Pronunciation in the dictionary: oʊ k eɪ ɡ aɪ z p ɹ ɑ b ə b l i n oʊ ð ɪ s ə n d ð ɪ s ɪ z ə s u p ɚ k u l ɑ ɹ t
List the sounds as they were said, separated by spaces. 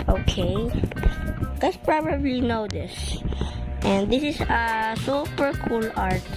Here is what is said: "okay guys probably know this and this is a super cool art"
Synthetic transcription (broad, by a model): oʊ k eɪ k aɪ s p ɹ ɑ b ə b l i n oʊ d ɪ s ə n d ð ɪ s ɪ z ə s u p ɚ k u l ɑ ɹ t